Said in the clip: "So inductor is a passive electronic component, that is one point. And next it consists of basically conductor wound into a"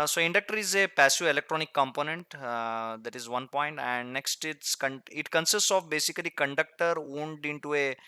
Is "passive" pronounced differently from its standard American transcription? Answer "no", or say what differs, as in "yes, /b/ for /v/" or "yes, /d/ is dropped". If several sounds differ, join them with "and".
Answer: yes, /v/ is dropped